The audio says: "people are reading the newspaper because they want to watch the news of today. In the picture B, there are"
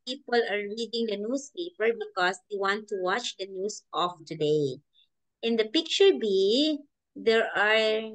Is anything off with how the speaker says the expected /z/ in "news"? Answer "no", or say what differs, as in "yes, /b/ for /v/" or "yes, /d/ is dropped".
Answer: yes, /s/ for /z/